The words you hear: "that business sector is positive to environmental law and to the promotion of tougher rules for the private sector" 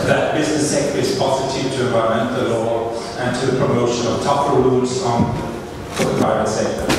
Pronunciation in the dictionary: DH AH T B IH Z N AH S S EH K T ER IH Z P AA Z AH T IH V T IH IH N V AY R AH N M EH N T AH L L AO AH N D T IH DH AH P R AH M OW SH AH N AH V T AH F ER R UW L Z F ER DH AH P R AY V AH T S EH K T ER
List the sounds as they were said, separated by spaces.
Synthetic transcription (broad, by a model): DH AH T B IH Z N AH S S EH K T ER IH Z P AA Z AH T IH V T IH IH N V AY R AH M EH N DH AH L L AO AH N T IH DH AH P R AH M OW SH AH N AH V T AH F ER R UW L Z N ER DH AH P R AY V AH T S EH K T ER